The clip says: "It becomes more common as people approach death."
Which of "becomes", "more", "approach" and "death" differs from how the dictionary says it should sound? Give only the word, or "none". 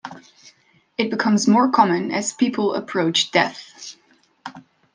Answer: none